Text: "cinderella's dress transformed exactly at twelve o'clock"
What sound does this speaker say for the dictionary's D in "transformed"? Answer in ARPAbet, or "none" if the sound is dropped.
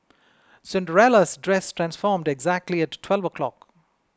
D